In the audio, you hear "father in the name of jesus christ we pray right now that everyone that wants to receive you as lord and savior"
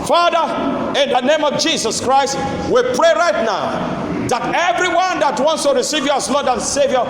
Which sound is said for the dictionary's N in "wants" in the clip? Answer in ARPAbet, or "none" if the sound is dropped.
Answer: N